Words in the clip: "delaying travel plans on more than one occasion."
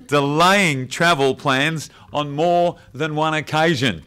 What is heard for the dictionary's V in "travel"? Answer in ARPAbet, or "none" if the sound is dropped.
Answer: V